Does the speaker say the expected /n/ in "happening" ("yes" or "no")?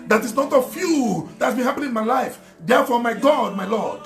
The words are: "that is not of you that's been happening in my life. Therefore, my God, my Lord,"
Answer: no